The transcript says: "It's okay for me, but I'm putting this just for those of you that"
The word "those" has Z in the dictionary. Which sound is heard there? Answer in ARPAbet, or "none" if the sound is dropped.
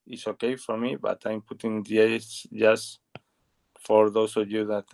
S